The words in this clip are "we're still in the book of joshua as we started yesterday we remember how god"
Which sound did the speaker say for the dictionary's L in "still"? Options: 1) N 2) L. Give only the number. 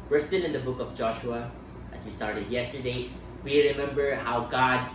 1